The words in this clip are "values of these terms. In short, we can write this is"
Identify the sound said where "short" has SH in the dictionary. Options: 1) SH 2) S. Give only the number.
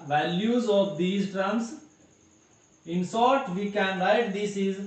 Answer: 2